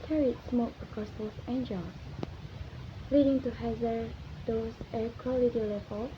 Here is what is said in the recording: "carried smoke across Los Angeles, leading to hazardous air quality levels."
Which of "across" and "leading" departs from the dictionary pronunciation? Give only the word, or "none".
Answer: across